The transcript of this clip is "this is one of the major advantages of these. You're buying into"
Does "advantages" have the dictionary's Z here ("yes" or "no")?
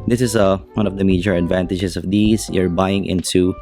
no